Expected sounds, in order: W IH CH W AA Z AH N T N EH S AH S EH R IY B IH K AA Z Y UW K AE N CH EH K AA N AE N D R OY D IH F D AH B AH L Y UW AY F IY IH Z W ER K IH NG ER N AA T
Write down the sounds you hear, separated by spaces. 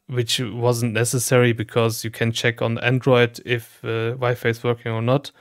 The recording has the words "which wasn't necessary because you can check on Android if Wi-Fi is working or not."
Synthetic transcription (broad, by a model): W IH CH W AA Z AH N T N EH S AH S EH R IY B IH K AA Z Y UW K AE N CH EH K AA N AE N D R OY D IH F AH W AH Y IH F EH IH S W ER K IH NG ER N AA T